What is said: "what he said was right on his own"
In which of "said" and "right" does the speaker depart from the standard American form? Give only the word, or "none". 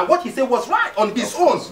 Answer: none